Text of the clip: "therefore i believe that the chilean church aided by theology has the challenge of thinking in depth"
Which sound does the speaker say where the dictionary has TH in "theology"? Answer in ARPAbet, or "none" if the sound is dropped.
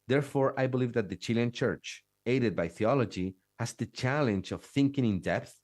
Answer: TH